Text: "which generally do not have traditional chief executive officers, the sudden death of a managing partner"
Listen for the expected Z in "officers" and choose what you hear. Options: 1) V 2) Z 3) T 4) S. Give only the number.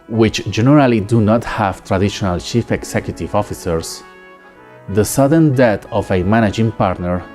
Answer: 4